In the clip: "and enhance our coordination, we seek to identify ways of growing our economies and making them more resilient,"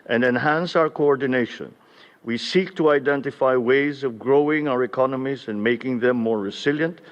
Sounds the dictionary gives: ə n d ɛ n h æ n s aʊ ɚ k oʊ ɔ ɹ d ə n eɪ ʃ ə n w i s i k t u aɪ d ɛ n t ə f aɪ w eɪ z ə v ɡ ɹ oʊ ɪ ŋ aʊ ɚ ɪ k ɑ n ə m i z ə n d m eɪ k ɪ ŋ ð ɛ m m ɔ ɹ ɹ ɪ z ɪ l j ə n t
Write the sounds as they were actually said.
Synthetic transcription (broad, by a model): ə n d ɛ n h æ n s aʊ ɚ k oʊ ɔ ɹ d ə n eɪ ʃ ə n w i s i k t u aɪ d ɛ n t ə f aɪ w eɪ z ə v ɡ ɹ oʊ ɪ ŋ aʊ ɚ ɪ k ɑ n ə m i z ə n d m eɪ k ɪ ŋ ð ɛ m m ɔ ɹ ɹ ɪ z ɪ l j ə n t